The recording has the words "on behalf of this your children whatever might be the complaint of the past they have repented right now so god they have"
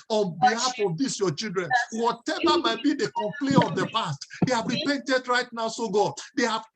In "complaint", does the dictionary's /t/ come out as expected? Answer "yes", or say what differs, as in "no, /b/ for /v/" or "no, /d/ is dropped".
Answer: no, /t/ is dropped